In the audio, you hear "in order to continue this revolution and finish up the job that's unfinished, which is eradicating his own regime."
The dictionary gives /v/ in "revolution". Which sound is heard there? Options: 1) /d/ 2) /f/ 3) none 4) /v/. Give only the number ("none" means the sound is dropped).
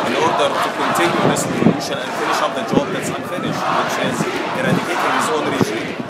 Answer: 3